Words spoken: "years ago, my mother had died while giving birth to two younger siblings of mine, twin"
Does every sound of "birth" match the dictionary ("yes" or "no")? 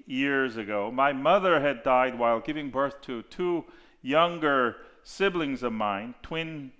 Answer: yes